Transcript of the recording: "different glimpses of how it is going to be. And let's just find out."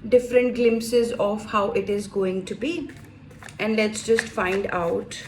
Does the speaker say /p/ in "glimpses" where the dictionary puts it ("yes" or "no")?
yes